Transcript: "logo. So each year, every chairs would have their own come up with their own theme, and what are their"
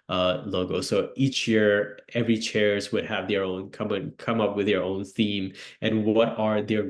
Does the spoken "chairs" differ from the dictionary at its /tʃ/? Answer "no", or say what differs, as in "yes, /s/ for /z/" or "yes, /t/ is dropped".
no